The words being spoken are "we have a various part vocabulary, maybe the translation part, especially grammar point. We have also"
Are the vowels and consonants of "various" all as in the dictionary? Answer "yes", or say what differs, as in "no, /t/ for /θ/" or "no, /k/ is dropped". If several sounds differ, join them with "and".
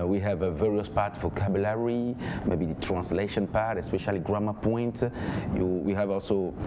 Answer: yes